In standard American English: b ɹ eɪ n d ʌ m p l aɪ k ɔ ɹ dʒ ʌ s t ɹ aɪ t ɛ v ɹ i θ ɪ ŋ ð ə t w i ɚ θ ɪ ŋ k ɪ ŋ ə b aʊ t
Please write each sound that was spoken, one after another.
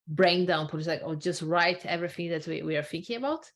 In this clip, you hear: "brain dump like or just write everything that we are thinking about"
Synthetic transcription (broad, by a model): b ɹ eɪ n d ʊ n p l aɪ k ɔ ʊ dʒ ʌ s t ɹ aɪ t ɛ v ɹ i θ ɪ ŋ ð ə t w i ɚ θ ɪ ŋ k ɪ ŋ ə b aʊ t